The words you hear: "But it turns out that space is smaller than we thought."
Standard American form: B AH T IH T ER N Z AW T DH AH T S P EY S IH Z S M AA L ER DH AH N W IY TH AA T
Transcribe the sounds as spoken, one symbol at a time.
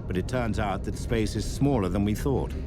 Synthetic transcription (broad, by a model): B AH T IH T ER N Z AW T DH AH T S P EY S IH Z S M AA L ER DH AH N W IY TH AA T